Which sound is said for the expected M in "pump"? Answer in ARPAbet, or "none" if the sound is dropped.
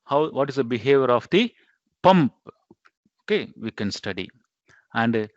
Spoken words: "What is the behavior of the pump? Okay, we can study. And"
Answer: M